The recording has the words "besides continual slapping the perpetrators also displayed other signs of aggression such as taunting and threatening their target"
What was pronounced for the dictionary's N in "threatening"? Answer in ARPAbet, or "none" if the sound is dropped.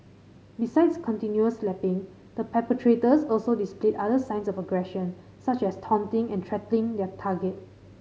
L